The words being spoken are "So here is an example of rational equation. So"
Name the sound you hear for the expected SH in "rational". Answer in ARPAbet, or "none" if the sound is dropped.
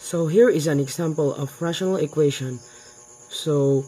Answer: SH